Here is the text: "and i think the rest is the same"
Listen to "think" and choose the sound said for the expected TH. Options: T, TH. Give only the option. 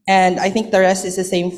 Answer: TH